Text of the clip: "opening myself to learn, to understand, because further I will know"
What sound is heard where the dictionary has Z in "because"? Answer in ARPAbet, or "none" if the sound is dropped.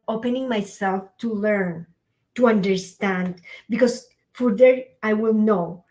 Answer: S